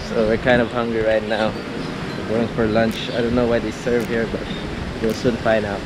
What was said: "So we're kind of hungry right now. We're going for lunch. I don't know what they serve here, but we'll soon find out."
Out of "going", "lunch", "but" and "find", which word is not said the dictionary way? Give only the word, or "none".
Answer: find